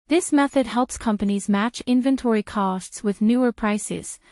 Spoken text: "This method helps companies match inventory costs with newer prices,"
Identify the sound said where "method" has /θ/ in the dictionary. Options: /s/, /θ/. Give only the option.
/θ/